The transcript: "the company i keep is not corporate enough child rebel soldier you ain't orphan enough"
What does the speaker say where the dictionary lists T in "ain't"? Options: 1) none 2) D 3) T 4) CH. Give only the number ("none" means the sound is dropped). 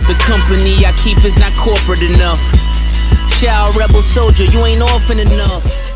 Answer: 3